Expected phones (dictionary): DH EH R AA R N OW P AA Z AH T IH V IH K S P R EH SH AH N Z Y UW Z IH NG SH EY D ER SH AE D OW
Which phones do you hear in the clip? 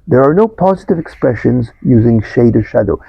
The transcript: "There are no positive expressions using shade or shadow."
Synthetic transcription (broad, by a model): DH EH R AA R N OW P AA Z AH T IH V IH K S P R EH SH AH N Z Y UW Z IH NG SH EY D ER SH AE D OW